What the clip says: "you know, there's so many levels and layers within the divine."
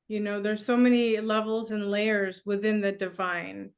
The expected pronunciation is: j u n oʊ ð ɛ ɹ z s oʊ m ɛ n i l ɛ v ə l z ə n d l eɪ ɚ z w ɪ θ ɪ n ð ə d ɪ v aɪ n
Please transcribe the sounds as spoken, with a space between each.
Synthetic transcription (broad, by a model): j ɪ n oʊ ð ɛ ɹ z s oʊ m ɛ n i l ɛ v l z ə n l eɪ ɚ z w ɪ θ ɪ n ð ə d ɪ v aɪ n